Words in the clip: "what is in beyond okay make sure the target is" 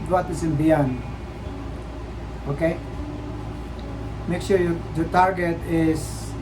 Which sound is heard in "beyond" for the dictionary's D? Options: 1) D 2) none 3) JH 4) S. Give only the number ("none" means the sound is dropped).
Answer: 2